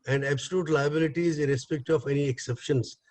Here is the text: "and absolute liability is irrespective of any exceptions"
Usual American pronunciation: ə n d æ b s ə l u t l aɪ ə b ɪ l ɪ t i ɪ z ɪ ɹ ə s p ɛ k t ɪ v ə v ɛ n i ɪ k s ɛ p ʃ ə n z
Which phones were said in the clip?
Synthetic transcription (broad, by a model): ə n d æ b s ə l u t l aɪ ə b ɪ l ɪ t i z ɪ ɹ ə s p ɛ k t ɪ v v ɛ n i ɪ k s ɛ p ʃ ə n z